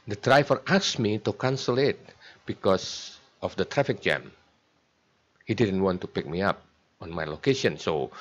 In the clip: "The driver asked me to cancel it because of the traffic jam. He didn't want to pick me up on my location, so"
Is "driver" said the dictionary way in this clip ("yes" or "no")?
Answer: no